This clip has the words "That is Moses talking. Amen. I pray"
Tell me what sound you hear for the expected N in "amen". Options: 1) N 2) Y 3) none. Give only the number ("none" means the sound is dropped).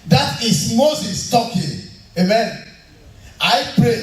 1